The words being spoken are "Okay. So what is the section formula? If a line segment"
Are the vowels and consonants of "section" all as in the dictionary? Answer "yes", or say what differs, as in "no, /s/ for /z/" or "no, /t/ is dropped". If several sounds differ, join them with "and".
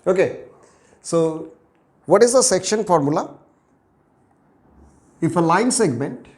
yes